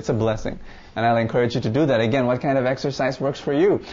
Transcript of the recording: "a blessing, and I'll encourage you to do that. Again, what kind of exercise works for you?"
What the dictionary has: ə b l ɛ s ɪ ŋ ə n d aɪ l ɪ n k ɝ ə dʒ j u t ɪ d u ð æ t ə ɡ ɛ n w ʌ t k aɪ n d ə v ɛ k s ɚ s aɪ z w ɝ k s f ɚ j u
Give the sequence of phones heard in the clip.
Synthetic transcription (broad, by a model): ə b l ɛ s ɪ ŋ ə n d aɪ l ɪ n k ɝ ə dʒ j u t ɪ d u ð æ t ə ɡ ɛ n w ʌ t k aɪ n d ə v ɛ k s ɚ s aɪ z w ɝ k s f ɚ j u